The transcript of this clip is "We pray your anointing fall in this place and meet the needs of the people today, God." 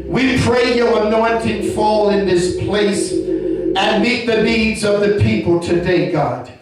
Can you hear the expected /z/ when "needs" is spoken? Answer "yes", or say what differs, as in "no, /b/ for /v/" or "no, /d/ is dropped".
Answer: yes